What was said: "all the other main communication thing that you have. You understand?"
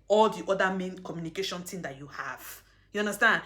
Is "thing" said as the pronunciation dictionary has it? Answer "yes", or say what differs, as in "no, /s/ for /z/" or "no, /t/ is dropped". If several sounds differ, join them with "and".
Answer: no, /t/ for /θ/